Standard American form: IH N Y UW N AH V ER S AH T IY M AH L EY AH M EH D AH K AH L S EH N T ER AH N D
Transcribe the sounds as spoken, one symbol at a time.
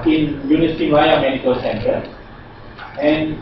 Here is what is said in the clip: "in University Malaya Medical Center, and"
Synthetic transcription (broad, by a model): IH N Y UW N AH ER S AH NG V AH IH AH M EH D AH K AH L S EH N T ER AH N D